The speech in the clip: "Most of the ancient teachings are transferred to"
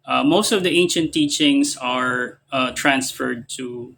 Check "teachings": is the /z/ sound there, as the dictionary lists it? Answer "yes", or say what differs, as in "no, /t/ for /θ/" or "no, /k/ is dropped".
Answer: no, /s/ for /z/